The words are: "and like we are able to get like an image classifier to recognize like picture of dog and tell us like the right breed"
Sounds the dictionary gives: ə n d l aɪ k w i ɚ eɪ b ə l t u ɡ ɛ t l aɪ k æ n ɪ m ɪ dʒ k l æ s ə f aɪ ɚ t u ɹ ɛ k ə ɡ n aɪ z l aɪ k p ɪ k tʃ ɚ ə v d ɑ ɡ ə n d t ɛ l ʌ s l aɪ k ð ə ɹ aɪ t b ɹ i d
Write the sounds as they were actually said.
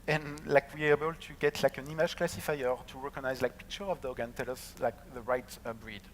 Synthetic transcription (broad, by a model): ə n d l aɪ k w i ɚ eɪ b ə l t u ɡ ɛ t l aɪ k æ n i m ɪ ʒ k l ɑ s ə f aɪ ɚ t u ɹ ɛ k ə ɡ n aɪ z l aɪ k p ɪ k tʃ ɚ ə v d ɑ ɡ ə n t ɛ l ʌ s l aɪ k ð ə ɹ aɪ t b ɹ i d